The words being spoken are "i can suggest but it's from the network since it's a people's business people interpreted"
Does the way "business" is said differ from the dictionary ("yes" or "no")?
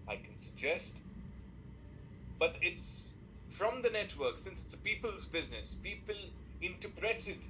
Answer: no